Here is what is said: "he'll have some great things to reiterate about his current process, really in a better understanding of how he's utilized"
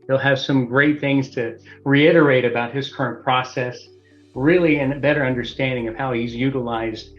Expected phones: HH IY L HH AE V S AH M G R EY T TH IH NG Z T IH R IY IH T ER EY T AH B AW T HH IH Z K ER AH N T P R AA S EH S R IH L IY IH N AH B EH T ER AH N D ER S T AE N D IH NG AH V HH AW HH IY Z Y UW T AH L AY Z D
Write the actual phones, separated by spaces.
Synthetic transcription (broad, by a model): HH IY L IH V S AH M G R EY T TH IH NG Z T IH R IY IH T ER EY T AH B AW T HH IH Z K ER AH N P R AA S EH S R IH L IY IH N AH B EH T ER AH N D ER S T AE N D IH NG AH V HH AW HH IY Z Y UW T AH L AY Z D